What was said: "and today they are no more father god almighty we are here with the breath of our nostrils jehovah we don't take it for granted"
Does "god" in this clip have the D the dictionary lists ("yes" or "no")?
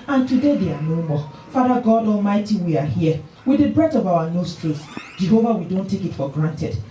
yes